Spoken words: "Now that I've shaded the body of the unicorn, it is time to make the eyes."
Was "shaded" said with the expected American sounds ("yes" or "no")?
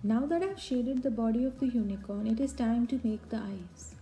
yes